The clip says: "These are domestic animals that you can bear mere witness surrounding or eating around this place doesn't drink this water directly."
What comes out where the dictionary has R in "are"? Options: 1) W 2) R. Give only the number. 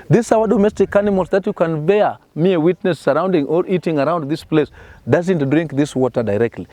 1